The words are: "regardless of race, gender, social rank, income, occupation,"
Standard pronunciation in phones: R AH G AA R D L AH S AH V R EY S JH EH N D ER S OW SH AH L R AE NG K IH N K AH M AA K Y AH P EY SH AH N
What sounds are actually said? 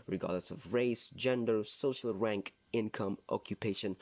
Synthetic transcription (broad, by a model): R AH G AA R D L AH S AH V R EY S JH EH N D ER S OW SH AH L R AE NG K IH N K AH M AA K Y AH P EY SH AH N